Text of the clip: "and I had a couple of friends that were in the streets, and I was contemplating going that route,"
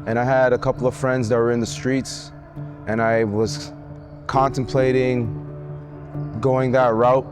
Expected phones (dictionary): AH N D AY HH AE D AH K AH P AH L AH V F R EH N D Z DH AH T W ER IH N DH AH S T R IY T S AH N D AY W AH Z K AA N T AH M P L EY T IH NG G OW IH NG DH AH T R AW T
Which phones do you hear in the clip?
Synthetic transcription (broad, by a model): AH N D AY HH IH D AH K AH P L AH V F R EH N D Z DH AH T W ER IH N DH AH S T R IY T S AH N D AY W AH Z K AA N T AH M P L EY T IH NG G OW IH NG DH AH T R AW T